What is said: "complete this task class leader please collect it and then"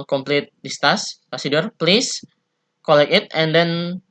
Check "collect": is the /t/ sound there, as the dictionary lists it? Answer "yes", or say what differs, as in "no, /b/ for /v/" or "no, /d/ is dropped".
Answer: no, /t/ is dropped